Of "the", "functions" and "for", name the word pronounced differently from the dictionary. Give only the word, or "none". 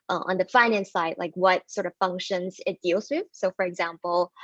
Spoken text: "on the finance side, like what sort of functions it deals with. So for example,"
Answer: none